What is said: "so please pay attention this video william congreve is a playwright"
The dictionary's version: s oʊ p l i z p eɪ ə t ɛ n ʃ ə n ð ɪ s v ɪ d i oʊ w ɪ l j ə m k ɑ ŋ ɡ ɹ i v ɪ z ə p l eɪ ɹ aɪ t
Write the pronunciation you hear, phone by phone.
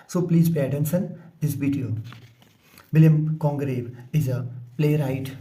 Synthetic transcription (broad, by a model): s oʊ p l i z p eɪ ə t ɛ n s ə n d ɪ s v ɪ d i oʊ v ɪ l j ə m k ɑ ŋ ɡ ɹ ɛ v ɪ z ə p l eɪ ɹ aɪ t